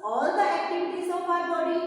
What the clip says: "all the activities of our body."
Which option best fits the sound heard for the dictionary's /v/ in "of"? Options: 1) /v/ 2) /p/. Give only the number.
2